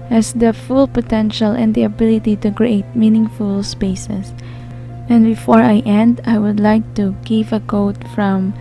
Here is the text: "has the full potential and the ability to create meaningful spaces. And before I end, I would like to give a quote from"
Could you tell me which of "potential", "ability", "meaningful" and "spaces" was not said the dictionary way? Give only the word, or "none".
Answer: spaces